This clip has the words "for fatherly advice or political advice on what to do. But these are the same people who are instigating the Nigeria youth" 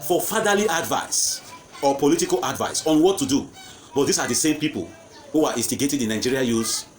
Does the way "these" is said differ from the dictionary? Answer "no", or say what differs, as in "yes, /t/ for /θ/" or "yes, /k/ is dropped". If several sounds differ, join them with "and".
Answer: yes, /s/ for /z/